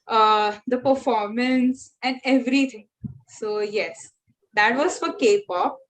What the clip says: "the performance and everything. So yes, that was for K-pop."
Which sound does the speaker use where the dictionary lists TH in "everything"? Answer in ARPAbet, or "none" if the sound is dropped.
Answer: T